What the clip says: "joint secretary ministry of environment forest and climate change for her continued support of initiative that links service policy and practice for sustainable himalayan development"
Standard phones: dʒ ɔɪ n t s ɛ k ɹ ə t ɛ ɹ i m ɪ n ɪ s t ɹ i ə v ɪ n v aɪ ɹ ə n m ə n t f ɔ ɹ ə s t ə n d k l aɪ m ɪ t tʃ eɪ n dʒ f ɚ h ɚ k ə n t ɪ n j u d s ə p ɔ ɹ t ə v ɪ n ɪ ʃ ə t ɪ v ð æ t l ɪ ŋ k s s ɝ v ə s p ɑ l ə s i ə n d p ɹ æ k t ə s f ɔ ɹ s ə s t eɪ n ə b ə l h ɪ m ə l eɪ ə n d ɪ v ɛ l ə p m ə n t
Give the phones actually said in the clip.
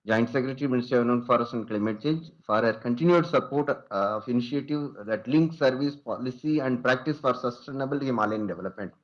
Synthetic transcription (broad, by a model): dʒ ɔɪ n t s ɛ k ɹ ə t ɹ i m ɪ n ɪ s t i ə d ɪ v n ə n f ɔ ɹ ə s ə n d k l aɪ m ɪ t tʃ eɪ n dʒ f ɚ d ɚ k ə n t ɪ n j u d s ə p ɔ ɹ t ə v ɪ n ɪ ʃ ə t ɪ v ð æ t l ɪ ŋ k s s ɝ v ə s p ɑ l ə s i ə n d p ɹ æ k t ə s f ɔ ɹ s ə s t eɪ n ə b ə l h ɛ m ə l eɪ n d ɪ v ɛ l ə p m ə n t